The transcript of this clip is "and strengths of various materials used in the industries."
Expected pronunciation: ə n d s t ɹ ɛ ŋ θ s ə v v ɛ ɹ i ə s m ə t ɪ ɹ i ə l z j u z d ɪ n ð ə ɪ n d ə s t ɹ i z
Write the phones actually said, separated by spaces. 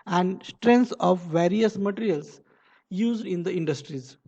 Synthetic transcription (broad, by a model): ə n d s t ɹ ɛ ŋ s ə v v ɛ ɹ i ə s m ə t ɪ ɹ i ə l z j u z d ɪ n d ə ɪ n d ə s t ɹ i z